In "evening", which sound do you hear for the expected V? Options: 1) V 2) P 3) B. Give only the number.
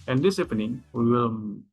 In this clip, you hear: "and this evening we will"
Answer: 2